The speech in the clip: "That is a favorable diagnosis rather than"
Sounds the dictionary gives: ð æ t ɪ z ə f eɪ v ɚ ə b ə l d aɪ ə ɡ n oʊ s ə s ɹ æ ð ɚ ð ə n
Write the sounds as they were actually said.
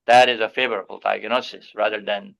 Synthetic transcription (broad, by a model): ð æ t ɪ z ə f eɪ v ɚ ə b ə l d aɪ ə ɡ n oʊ s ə s ɹ æ ð ɚ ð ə n